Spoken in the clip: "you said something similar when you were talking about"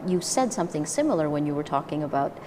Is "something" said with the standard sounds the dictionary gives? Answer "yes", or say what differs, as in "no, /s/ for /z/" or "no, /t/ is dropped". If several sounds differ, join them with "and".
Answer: yes